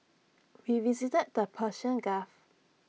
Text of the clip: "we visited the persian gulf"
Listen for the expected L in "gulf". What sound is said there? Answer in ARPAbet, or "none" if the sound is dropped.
none